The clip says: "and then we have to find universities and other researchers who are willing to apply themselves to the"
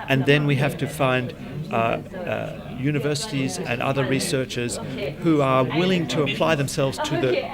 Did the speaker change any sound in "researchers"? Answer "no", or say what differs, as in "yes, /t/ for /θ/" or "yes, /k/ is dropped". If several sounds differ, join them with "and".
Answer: no